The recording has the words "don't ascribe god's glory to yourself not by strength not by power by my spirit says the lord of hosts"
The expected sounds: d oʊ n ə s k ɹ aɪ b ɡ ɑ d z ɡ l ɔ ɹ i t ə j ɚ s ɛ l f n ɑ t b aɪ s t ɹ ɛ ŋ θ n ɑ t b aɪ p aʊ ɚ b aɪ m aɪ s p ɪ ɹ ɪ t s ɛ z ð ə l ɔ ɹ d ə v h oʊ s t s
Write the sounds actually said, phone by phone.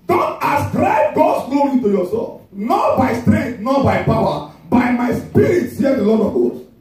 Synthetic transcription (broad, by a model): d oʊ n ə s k ɹ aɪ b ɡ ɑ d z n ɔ i t ə j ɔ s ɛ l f n ɑ t b aɪ s t ɹ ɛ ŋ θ n ɑ t b aɪ p aʊ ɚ b aɪ m aɪ s p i ɹ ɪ t s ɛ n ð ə l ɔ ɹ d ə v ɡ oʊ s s